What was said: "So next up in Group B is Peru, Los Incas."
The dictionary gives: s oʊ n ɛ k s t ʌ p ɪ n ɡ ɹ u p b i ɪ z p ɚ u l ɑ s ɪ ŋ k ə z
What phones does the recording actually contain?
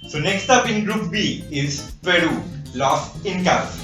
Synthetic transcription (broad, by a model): s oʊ n ɛ k s t ʌ p ɪ n ɡ ɹ u p b i ɪ z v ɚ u l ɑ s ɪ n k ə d